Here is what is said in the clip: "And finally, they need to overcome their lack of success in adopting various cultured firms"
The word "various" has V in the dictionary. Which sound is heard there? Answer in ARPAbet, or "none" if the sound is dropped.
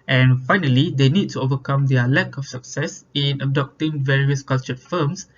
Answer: V